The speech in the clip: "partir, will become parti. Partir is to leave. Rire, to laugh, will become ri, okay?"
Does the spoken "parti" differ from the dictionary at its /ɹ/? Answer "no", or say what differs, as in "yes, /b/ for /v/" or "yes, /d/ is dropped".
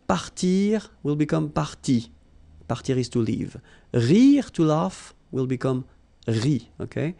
no